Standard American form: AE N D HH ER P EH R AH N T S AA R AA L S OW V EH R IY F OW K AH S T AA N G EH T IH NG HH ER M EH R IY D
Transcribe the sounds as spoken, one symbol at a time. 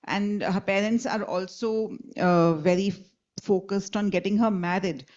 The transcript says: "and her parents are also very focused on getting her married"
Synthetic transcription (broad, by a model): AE N D HH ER P EH R AH N T S AA R AA L S OW V EH R IY F OW K AH S T AA N G EH T IH NG HH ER M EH R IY D